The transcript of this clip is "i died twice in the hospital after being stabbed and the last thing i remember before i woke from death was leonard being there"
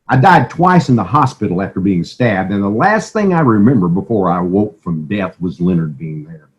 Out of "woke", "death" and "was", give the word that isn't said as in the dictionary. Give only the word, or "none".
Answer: none